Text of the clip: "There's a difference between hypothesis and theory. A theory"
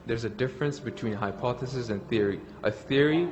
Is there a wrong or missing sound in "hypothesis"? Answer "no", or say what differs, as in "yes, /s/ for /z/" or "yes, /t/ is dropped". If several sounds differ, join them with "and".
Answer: no